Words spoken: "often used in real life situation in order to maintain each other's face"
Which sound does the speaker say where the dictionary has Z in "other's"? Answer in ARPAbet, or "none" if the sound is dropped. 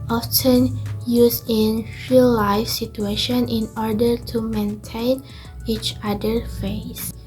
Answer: none